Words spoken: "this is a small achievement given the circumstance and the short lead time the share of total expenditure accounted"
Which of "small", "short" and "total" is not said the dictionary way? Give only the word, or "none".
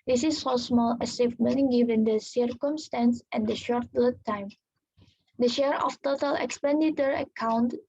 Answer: none